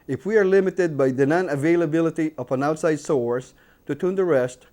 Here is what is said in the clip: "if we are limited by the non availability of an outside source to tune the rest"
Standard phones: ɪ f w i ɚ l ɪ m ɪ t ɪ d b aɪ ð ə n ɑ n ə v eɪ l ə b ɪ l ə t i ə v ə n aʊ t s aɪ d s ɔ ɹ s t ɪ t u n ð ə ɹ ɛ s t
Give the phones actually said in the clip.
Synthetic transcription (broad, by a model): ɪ f w i ɚ l ɪ m ɪ t ɪ d b aɪ ð ə n ɑ n ə v eɪ l ə b ɪ l ə t i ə p ə n aʊ t s aɪ d s ɔ ɹ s t ɪ t u n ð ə ɹ ɛ s t